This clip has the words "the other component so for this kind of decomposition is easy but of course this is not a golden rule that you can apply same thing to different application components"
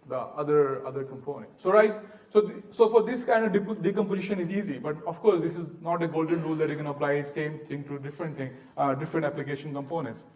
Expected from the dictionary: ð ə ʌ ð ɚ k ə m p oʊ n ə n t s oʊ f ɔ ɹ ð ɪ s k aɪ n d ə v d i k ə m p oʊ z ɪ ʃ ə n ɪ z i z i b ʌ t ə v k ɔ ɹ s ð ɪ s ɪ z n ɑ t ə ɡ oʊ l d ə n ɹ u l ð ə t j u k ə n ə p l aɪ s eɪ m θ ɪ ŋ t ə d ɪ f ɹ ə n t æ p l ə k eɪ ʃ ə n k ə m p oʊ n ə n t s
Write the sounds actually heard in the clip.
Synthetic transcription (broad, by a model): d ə ʌ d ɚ k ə m p oʊ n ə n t s oʊ f ɔ ɹ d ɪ s k aɪ n d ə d d i k ə m p oʊ z ɪ ʃ ə n ɪ z i z i b ʌ t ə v k ɔ ɹ s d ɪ s ɪ z n ɑ t ə ɡ oʊ l d ə n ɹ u l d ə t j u k ə n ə p l aɪ s eɪ m t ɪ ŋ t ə d ɪ f ɹ ə n t æ p l ə k eɪ ʃ ə n k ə m p oʊ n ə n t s